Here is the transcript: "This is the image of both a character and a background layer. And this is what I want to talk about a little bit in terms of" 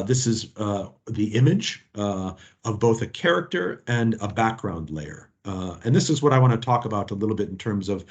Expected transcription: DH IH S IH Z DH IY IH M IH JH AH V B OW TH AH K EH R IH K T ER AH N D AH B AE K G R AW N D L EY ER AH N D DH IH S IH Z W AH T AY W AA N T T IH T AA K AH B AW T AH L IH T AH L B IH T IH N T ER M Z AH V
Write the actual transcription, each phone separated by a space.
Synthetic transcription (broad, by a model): DH IH S IH Z DH IY IH M IH JH AH V B OW TH AH K EH R IH K T ER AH N AH B AE K G R AW N D L EY ER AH N DH IH S IH Z W AH T AY W AA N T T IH T AA K AH B AW T AH L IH T L B IH T N T ER M Z AH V